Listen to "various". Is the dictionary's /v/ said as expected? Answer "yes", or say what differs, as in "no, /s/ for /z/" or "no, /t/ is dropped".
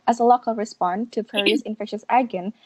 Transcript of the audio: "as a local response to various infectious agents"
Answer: no, /p/ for /v/